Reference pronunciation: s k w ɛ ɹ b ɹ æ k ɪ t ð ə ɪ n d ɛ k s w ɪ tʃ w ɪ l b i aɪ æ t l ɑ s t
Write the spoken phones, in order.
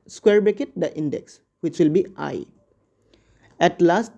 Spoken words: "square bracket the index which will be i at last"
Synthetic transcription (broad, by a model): s k w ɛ ɹ b ɛ k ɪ t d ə ɪ n d ɛ k s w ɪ tʃ w ɪ l b i aɪ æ t l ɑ s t